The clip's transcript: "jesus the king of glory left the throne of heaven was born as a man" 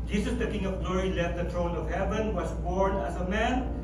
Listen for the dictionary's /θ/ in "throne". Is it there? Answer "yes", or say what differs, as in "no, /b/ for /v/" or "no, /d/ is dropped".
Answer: no, /t/ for /θ/